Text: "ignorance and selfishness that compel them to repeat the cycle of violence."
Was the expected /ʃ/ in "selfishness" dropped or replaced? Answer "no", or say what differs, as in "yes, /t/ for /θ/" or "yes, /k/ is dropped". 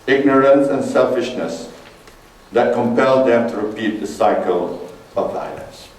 no